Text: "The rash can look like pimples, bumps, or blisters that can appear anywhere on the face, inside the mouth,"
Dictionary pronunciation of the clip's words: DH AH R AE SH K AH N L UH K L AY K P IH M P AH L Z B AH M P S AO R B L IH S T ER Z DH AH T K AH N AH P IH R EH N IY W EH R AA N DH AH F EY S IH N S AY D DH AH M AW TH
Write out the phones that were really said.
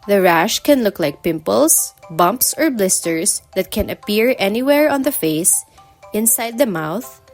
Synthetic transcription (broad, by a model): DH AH R AE SH K AH N L UH K L AY K P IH M P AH L S B AH M P S AO R B L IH S T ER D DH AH T K AH N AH P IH R EH N IY W EH R AA N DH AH F EY S IH N S AY D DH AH M AW TH